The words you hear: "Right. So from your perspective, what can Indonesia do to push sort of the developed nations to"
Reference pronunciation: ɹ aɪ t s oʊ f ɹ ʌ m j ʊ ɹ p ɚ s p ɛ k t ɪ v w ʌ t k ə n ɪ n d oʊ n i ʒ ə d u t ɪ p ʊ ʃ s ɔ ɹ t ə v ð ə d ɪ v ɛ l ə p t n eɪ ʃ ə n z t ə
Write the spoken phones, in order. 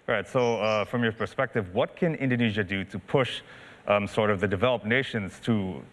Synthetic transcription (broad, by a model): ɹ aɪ t s oʊ f ɹ ʌ m j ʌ ɹ p ɚ s p ɛ k t ɪ v w ʌ t k ə n ɪ n d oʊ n i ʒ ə d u t ɪ p ʊ ʃ s ɔ ɹ t ə v ð ə d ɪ v ɛ l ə p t n eɪ ʃ ə n z t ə